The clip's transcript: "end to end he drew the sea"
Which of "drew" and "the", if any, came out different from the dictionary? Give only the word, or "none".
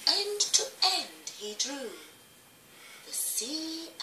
none